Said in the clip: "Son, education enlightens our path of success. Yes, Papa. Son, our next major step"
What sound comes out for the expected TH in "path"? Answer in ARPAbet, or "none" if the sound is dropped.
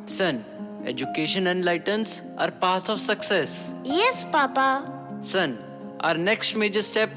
S